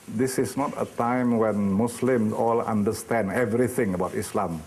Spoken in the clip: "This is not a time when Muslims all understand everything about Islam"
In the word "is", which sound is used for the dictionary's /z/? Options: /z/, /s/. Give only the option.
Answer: /s/